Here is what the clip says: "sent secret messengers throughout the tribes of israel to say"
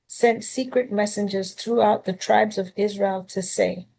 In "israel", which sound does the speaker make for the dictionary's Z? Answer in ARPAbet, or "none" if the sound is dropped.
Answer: Z